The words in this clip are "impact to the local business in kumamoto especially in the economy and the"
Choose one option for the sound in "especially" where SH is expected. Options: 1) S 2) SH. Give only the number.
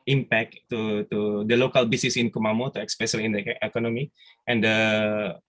1